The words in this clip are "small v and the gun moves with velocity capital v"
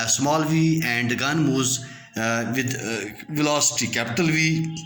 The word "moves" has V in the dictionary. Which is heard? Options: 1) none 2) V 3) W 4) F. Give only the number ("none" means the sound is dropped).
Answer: 1